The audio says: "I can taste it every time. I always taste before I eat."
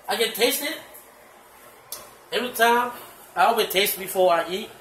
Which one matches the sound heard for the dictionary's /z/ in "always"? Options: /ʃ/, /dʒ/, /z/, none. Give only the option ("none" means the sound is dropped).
none